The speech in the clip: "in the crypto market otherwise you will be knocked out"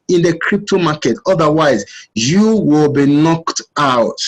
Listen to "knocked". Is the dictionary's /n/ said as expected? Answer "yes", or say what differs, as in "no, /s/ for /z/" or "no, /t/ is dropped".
yes